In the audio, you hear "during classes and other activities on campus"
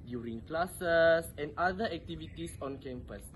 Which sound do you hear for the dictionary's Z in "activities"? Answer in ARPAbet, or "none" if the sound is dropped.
S